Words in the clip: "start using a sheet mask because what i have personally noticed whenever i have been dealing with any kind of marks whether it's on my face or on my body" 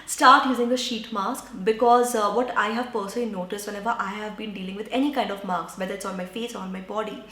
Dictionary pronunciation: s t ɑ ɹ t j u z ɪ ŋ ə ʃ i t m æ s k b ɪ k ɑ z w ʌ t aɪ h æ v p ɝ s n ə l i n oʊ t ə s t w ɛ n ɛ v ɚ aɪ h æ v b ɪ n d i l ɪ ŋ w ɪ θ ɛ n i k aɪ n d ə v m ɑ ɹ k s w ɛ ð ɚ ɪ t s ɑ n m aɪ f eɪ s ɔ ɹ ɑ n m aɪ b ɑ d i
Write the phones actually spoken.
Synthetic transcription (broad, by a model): s t ɑ ɹ t j u z ɪ ŋ ə ʃ i t m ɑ s k b ɪ k ɑ z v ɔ t aɪ h æ v p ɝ s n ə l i n oʊ t ə s t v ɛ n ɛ v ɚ aɪ h æ v b ɪ n d i l ɪ ŋ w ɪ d ɛ n i k aɪ n d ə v m ɑ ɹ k s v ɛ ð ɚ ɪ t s ɑ n m aɪ f eɪ s ɔ ɹ ɑ n m aɪ b ɑ d i